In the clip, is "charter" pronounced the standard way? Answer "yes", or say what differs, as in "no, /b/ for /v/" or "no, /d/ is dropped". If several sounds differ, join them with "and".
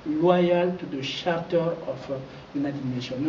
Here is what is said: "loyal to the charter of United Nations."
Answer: no, /ʃ/ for /tʃ/